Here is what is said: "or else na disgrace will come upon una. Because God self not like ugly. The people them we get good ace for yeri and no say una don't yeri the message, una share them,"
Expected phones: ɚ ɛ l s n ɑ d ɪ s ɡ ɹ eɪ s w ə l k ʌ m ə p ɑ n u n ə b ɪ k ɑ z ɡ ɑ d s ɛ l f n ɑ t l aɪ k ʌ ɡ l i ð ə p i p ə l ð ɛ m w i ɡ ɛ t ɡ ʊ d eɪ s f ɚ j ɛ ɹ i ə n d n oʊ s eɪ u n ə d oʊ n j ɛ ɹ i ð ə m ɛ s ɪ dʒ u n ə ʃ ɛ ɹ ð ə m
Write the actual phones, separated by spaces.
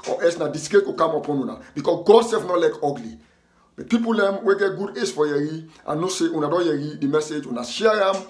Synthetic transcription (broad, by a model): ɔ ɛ s n ɑ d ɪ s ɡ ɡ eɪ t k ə k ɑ m ə p ɑ n u n ə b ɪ k ɑ s ɡ ɑ d s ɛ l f n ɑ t l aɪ k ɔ ɡ l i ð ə p i p ə l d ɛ m w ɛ ɡ ɛ t ɡ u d eɪ s f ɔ j ɛ ɹ i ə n n oʊ s eɪ u n ə d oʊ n j ɛ ɹ i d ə m ɛ s ɪ dʒ u n ə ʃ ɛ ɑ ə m